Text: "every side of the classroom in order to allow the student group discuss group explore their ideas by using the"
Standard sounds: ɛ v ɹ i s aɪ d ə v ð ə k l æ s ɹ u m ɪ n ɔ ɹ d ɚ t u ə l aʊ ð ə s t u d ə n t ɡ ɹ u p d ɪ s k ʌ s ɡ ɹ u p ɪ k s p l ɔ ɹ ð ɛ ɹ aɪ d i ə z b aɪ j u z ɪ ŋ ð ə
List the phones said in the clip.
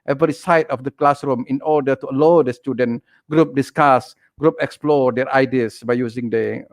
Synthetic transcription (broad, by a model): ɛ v ɹ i s aɪ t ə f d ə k l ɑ s ɹ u m ɪ n ɔ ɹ d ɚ t u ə l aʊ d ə s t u d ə n ɡ ɹ u p d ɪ s k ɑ s ɡ ɹ u p ɪ k s p l ɔ ɹ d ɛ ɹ aɪ d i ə s b aɪ j u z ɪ ŋ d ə